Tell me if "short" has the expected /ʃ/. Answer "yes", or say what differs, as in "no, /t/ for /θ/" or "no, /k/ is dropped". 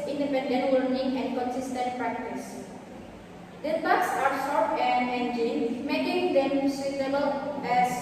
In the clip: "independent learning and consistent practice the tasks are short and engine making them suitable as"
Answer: no, /s/ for /ʃ/